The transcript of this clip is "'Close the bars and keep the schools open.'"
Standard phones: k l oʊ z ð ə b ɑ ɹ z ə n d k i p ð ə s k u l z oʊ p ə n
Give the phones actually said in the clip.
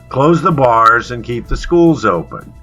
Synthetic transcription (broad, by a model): k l oʊ z ð ə b ɑ ɹ z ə n k i p ð ə s k u l z oʊ p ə n